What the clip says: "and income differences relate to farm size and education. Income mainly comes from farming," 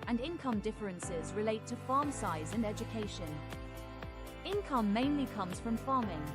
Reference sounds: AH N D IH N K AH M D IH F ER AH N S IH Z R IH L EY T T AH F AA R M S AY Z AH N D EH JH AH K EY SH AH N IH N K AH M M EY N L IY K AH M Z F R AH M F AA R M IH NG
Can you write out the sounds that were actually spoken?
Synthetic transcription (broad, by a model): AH N IH N K AH M D IH F ER AH N S IH Z R IH L EY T T AH F AA M S AY Z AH N EH JH AH K EY SH AH N IH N K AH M M EY N L IY K AH M Z F R AH M F AA M IH NG